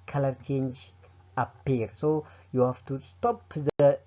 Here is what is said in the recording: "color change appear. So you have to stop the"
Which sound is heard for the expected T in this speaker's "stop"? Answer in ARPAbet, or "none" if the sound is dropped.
T